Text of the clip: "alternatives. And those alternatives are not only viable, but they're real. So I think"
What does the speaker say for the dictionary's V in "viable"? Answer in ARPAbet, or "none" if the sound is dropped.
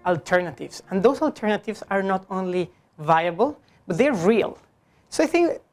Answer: V